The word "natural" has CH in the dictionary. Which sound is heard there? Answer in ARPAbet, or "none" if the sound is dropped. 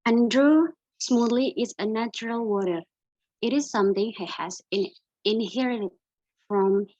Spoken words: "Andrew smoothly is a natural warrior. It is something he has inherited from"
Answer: CH